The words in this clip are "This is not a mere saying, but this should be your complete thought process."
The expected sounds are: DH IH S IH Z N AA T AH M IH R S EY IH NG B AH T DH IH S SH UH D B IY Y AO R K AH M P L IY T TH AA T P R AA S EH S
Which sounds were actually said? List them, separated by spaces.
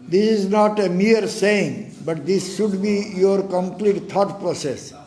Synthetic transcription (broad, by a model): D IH S IH Z N AA T AH M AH R S EY IH NG B AH T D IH S SH UH D B IY Y AO R K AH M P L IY T T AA T P R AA S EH S